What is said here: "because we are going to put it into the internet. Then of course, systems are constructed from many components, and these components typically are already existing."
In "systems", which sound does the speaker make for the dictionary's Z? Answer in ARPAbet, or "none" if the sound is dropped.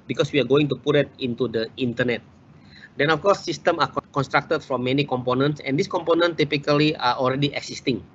none